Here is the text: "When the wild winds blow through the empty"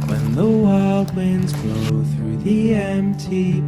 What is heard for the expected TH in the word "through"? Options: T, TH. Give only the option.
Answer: TH